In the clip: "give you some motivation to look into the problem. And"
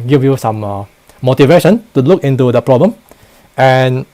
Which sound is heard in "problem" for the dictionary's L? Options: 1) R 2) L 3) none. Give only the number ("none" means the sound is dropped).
2